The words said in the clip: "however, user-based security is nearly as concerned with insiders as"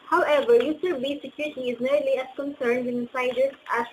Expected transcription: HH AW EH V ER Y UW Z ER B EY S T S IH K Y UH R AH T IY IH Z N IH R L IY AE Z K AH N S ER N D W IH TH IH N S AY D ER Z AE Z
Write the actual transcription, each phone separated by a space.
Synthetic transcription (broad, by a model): HH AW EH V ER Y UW S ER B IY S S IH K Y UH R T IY IH Z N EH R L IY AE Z K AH N S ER N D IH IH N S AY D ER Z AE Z